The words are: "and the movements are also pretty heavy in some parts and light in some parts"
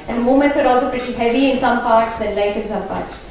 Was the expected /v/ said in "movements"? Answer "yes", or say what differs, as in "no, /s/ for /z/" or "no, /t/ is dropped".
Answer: no, /v/ is dropped